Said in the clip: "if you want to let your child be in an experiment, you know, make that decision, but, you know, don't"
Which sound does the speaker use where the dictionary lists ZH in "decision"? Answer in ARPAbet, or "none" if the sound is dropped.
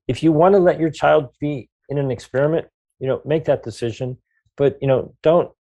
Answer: ZH